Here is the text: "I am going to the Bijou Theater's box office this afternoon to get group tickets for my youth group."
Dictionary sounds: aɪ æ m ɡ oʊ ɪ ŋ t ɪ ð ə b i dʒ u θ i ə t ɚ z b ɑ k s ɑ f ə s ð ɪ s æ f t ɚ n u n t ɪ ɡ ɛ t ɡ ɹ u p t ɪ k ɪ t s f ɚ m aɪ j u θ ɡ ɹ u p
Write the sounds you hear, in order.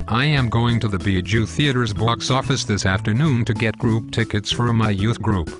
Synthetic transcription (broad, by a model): aɪ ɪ m ɡ oʊ ɪ ŋ t ɪ ð ə b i dʒ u θ i ə t ɚ z b ɑ k s ɑ f ə s ð ɪ s æ f t ɚ n u n t ɪ ɡ ɛ t ɡ ɹ u p t ɪ k ɪ t s f ɚ m aɪ j u θ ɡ ɹ u p